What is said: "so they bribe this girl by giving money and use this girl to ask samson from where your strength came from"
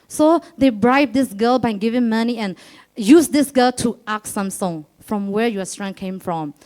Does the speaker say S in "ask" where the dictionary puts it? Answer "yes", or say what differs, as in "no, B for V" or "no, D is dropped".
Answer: no, S is dropped